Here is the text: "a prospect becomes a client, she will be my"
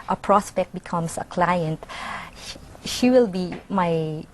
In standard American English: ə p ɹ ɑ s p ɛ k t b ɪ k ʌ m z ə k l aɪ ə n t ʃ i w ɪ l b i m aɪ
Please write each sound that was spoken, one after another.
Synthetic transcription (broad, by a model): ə p ɹ ɑ s p ɛ k t b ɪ k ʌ m s ə k l aɪ ə n t ʃ i w ɪ l b i m aɪ